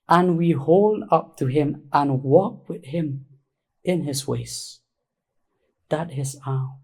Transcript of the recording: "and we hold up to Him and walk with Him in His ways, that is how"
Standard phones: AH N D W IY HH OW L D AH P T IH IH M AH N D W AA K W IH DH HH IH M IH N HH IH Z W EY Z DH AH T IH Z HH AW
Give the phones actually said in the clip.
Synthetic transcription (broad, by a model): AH N W IY HH OW L D AH P T IH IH M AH N W AA K W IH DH HH IH M IH N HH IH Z W EY S DH AH T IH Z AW